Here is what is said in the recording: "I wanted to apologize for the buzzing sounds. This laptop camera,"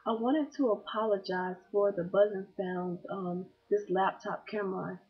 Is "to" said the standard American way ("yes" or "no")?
yes